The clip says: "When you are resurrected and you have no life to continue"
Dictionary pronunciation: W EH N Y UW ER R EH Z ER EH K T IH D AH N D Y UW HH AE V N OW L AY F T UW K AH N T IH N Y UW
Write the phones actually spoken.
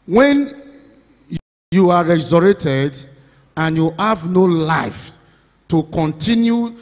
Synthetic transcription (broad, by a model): W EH N Y UW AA R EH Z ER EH T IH D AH N Y UW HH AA V N OW L AY F T UW K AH N T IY N Y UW